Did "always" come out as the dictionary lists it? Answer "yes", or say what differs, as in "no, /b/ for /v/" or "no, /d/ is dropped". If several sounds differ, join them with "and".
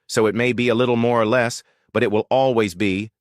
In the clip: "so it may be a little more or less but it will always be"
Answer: yes